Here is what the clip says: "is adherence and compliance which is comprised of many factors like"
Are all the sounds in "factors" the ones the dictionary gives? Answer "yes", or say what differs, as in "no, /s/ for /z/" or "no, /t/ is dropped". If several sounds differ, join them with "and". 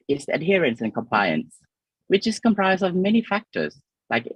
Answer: yes